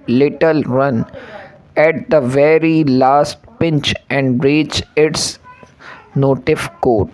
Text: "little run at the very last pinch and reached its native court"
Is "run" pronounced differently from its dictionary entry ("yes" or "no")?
no